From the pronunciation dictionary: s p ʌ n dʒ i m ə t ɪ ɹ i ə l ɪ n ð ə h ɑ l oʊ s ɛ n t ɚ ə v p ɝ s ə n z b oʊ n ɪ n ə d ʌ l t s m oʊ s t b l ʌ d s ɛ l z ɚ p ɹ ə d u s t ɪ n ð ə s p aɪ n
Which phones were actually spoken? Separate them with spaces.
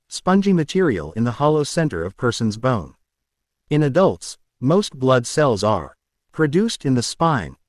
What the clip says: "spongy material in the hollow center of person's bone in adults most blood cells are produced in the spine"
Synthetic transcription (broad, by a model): s p ʌ n dʒ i m ə t ɪ ɹ i ə l ɪ n ð ə h ɑ l oʊ s ɛ n t ɚ ə v p ɝ s ə n z b oʊ n ɪ n ə d ʌ l t s m oʊ s t b l ʌ d s ɛ l z ɚ p ɹ ə d u s t ɪ n ð ə s p aɪ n